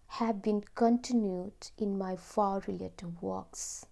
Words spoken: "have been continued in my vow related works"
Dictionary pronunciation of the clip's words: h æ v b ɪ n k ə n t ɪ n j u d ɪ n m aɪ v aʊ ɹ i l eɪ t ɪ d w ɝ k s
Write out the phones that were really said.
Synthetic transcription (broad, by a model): h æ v b ɪ n k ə n t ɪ n j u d ɪ n m aɪ f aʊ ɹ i l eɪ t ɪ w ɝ k s